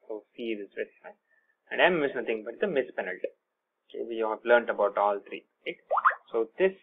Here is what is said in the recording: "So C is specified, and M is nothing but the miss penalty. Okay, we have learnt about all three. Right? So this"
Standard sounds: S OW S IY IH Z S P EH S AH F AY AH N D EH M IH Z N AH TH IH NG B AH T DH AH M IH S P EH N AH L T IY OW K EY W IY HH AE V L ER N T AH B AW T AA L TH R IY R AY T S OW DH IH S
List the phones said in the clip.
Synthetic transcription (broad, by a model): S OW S IY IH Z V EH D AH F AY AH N D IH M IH S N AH T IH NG B AH T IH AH M IH S P EH N AH L T IY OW K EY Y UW HH AE V L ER N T AH B AW T AA L T R IY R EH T S OW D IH S